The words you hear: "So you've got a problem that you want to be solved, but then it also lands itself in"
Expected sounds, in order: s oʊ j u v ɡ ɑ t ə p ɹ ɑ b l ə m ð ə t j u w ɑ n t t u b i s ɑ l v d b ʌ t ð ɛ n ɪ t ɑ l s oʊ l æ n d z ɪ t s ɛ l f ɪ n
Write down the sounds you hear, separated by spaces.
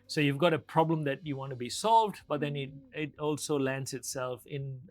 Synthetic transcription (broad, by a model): s oʊ j u v ɡ ɑ t ə p ɹ ɑ b l ə m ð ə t j u w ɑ n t t u b i s ɑ l v d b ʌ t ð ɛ n ɪ t ɑ l s oʊ l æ n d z ɪ t s ɛ l f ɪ n